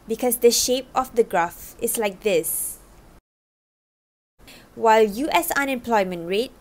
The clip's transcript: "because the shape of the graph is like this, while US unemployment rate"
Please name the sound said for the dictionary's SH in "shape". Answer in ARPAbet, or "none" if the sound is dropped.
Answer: SH